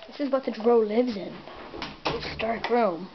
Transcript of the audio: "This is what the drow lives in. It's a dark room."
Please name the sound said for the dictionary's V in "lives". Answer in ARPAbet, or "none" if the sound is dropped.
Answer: V